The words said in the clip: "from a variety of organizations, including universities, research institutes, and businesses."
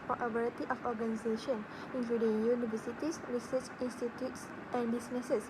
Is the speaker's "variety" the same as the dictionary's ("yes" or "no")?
no